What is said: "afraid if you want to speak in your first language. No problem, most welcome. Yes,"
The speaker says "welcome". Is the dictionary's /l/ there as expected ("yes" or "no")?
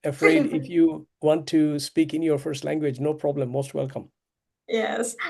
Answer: yes